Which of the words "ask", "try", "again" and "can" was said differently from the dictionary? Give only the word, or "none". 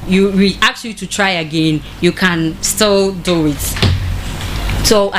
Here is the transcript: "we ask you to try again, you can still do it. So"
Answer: ask